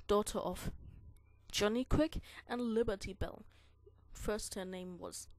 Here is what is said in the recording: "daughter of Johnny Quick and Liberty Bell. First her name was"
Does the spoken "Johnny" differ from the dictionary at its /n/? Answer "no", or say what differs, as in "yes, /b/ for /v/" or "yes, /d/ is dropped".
no